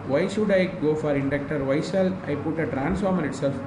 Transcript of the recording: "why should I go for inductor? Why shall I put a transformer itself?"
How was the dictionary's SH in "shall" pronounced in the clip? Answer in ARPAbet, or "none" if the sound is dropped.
S